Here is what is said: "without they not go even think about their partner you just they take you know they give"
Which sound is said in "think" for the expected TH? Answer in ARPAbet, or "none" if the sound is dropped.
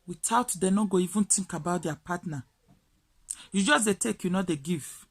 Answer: T